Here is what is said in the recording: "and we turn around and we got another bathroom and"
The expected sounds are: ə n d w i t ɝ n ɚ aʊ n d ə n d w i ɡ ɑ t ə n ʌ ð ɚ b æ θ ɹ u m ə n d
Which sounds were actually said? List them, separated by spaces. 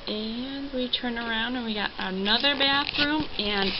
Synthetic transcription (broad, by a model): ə n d w i t ɝ n ɚ aʊ n d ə n w i ɡ ɑ t ə n ʌ ð ɚ b æ θ ɹ u m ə n